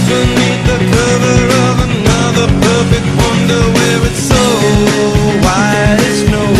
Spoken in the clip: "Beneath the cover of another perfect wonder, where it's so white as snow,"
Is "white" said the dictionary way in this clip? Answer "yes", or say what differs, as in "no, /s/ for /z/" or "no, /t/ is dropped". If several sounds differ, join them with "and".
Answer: no, /t/ is dropped